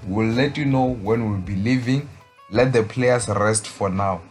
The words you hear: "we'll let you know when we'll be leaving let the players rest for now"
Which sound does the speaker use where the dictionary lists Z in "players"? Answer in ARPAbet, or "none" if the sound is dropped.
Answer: S